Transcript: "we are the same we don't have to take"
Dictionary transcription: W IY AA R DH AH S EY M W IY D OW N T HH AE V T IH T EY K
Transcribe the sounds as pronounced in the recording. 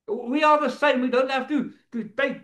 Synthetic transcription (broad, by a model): W IY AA L DH AH S EY M W IY D OW N T HH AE F T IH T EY